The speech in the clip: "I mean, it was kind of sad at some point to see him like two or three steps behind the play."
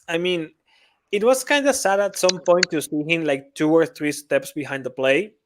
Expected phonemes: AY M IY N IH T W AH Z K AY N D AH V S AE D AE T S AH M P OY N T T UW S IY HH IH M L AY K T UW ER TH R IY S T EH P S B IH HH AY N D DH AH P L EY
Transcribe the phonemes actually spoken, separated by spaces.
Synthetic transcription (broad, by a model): AY M IY N IH T W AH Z K AY N D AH S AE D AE T S AH M P OY N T T UW S IY HH IH M L AY K T UW ER TH R IY S T EH P S B IH HH AY N D DH AH P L EY